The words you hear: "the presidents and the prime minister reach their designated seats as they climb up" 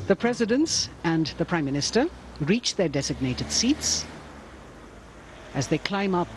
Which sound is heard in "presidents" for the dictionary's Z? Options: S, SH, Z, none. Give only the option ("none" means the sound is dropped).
Z